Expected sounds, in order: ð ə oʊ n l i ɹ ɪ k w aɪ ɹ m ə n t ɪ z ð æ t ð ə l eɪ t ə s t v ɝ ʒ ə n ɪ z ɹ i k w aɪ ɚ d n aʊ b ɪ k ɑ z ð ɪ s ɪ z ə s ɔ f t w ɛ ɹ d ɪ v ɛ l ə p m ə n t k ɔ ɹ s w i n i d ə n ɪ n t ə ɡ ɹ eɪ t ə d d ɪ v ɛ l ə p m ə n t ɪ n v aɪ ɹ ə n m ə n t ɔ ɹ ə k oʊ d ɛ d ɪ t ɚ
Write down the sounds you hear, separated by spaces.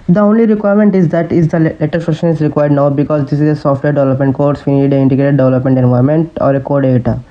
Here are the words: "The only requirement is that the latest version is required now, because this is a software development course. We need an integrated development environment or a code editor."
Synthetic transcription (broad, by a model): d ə oʊ n l i ɹ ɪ k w aɪ ɹ m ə n t ɪ z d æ t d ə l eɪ t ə t f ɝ ʃ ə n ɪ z ɹ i k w aɪ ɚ d n aʊ b ɪ k ɑ z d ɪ s ɪ z ə s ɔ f t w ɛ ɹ d ɪ v ɛ l ə p m ə n t k ɔ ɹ s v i n i d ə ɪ n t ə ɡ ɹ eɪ t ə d d ɪ v ɛ l ə p m ə n t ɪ n v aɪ ɹ m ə n t ɔ ɹ ə k oʊ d d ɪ t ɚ